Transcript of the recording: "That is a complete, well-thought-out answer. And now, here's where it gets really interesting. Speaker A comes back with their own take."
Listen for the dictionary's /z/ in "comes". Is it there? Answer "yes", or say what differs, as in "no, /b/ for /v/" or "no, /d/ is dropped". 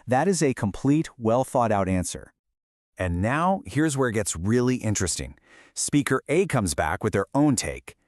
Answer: yes